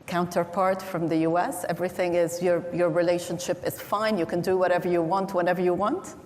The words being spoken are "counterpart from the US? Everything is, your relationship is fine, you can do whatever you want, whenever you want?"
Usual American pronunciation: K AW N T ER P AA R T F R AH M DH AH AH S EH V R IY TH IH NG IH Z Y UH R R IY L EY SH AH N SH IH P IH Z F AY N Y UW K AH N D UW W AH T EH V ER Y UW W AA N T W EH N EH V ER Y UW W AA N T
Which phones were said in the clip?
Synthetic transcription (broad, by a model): K AW N T ER P AA R T F R AH M DH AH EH S EH V R IY TH IH NG IH Z Y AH R R IY L EY SH AH N SH IH P IH Z F AY N Y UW K AH N D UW W AH T EH V ER Y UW W AA N T W EH N EH V ER Y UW W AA N T